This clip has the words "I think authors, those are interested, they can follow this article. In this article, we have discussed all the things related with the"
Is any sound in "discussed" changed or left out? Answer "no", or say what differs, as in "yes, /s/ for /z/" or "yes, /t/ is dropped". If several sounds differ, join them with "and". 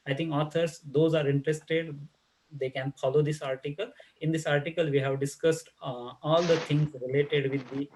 no